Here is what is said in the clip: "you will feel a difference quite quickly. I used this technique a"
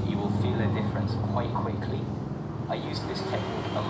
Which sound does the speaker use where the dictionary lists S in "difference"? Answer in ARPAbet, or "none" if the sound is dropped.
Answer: S